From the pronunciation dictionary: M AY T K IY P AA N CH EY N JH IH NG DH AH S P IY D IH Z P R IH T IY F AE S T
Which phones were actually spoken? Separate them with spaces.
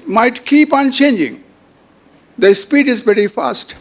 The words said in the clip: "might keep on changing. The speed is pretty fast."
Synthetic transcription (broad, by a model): M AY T K IY P AA N CH EY N JH IH NG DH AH S P IY D IH Z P IH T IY F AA S T